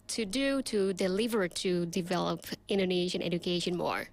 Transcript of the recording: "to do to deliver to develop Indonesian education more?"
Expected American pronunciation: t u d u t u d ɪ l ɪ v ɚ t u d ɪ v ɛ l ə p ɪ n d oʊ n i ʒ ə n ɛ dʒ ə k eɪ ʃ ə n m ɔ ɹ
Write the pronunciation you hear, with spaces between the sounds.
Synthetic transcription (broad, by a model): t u d u t u d ɪ l ɪ v ɚ t u d ɪ v ɛ l ə p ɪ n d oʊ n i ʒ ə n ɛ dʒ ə k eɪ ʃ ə n m ɔ ɹ